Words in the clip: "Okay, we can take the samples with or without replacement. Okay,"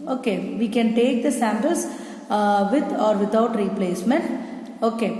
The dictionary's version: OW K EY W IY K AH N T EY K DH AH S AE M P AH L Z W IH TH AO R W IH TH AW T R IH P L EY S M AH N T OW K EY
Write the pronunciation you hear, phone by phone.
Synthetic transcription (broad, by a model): OW K EY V IY K AH N T EY K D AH S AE M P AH L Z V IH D AO R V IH T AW T R IH P L EY S M AH N T OW K EY